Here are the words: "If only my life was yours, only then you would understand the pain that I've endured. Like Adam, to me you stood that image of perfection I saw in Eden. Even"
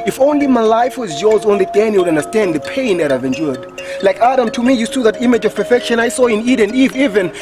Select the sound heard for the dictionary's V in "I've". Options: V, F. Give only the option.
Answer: V